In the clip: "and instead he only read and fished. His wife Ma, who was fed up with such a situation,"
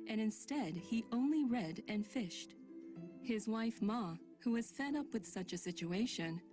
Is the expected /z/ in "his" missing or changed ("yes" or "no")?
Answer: no